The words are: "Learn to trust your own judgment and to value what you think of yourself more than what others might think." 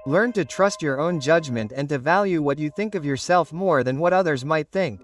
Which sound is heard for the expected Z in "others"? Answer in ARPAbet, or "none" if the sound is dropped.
Z